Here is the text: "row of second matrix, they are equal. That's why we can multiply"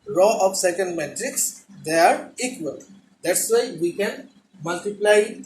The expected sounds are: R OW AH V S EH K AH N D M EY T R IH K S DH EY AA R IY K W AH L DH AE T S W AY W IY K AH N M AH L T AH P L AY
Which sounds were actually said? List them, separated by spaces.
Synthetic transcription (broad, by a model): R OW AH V S EH K AH N D M EY T R IH K S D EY AA R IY K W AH L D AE T S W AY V IY K AH N M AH L T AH P L AY